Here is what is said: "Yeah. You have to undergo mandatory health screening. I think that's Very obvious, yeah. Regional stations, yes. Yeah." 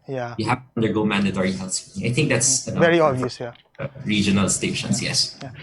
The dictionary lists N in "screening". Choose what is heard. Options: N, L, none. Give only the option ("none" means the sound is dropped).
none